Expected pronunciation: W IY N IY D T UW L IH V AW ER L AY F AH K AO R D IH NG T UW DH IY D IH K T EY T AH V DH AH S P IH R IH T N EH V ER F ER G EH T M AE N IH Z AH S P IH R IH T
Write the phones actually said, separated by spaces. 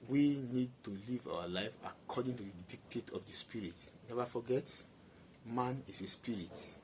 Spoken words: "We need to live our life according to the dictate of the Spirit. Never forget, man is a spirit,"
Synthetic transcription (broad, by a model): W IY N IY D T UW L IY V AW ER L AY F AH K AO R D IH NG T UW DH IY D IH K T EY T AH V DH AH S P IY R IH T N EH V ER F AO G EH T M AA N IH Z AH S P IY R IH T